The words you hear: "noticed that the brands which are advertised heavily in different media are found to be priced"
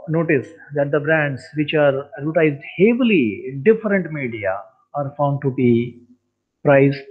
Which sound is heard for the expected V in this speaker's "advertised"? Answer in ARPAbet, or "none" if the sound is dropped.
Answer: none